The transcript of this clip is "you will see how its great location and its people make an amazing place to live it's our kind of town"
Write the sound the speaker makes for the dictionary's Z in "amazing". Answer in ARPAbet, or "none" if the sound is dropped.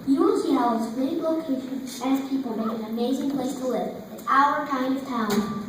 Z